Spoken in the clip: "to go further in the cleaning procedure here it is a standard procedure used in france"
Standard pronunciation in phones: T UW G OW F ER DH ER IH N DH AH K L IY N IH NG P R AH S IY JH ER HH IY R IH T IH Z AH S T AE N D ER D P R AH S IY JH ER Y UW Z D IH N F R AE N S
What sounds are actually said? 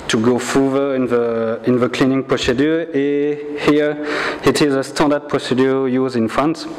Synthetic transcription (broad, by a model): T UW G OW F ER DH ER IH N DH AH K L IY N IH NG P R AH S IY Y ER HH IY R IH T IH Z AH S T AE N D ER D P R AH S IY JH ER Y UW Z IH N F R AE N S